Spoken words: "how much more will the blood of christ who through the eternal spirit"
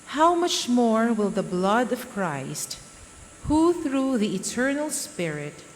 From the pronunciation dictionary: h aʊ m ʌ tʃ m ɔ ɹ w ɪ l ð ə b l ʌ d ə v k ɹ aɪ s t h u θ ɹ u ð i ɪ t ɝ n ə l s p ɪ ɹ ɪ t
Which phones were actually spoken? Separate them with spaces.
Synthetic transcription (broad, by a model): h aʊ m ʌ tʃ m ɔ ɹ w ɪ l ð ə b l ʌ d ə v k ɹ aɪ s t h u θ ɹ u ð i ɪ t ɝ n ə l s p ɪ ɹ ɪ t